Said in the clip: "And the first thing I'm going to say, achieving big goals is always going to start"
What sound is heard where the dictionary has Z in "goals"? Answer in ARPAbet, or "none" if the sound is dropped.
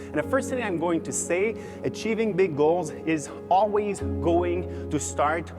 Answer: Z